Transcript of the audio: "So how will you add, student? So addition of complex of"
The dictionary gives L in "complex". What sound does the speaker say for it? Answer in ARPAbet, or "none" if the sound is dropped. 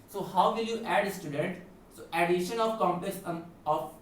none